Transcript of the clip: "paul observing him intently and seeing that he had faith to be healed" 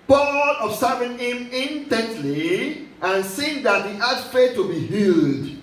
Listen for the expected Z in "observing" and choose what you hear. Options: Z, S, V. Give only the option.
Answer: S